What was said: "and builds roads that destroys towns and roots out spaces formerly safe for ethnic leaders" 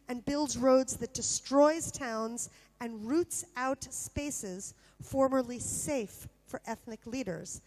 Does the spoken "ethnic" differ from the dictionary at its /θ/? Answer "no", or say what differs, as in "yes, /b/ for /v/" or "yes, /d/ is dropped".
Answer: no